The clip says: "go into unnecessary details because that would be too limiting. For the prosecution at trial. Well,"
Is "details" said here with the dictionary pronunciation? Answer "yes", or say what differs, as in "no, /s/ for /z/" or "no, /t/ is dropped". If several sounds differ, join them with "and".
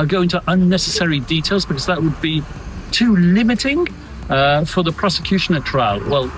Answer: yes